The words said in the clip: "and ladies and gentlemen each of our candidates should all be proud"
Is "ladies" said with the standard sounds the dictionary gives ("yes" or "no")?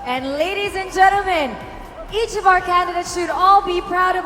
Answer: yes